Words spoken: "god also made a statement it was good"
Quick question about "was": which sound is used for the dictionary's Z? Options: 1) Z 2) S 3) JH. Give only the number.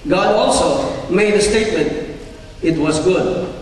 1